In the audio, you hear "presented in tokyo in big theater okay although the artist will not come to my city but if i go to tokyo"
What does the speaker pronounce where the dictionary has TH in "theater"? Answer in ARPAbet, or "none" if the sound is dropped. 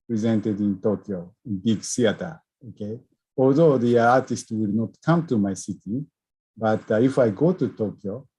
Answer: S